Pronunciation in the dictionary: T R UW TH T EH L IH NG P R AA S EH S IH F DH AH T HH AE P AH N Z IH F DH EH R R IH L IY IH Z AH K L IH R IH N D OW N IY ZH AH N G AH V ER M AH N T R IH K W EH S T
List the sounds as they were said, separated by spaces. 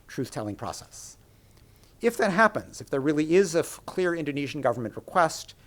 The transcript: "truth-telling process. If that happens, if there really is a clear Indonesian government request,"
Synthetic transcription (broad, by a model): T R UW TH T EH L IH NG P R AA S EH S IH F DH AH T HH AE P AH N Z IH F DH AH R R IH L IY IH Z AH K L IH R IH N D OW N IY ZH N G AH V ER M AH N T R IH K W EH S T